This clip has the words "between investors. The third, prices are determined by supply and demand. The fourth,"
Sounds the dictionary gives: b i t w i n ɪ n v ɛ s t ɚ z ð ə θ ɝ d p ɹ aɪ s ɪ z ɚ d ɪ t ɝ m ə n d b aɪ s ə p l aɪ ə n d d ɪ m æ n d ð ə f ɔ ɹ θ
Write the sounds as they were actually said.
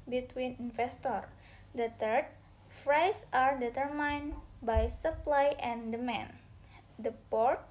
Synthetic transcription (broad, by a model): b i t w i n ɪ n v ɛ s t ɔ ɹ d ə t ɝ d f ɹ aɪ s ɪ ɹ d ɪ t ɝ m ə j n b aɪ s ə p l aɪ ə n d d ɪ m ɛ n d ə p ɔ ɹ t